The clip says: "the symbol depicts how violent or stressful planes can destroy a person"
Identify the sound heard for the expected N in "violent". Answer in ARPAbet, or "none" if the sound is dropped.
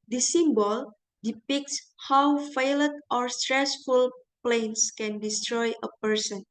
none